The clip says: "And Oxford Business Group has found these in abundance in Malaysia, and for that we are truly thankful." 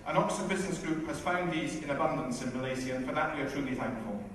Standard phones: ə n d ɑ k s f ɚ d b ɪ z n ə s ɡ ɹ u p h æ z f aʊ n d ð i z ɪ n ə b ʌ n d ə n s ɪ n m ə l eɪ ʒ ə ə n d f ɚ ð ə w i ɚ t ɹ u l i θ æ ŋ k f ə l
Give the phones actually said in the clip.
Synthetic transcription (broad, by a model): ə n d ɑ k s ɚ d b ɪ z n ə s ɡ ɹ u p h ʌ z f aʊ n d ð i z ɪ n ə b ʌ n d ə n s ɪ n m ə l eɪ z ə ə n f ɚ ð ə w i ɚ t ɹ u l i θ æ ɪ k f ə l